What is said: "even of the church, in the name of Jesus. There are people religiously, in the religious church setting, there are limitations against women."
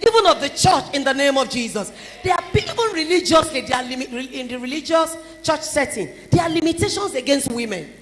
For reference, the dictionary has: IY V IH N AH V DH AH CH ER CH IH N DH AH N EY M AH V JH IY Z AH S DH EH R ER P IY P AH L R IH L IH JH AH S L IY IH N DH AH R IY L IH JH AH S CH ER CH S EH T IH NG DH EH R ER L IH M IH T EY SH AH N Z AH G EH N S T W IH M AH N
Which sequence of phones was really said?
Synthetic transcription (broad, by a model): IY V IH N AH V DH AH CH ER CH IH N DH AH N EY M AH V JH IY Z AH S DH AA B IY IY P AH N R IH L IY JH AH S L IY IH N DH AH R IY L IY JH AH S CH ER CH S EH T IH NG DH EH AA L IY M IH T EY SH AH N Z AH G EH N S T W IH M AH N